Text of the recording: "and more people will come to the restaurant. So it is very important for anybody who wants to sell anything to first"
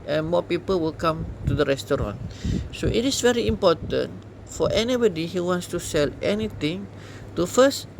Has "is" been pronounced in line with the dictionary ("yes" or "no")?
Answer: no